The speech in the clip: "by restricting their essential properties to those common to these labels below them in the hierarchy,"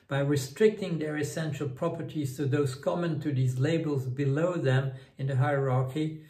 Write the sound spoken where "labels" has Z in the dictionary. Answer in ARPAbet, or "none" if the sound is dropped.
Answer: Z